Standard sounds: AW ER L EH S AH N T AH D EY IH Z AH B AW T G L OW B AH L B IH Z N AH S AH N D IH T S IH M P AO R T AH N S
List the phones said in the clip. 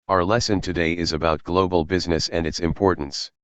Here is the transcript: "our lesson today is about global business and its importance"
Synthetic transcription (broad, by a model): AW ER L EH S AH N T AH D EY IH Z AH B AW T G L OW B AH L B IH Z N AH S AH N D IH T S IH M P AO R T N S